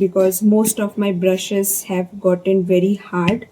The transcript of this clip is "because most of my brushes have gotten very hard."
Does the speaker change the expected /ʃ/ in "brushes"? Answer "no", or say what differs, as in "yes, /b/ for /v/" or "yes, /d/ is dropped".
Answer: no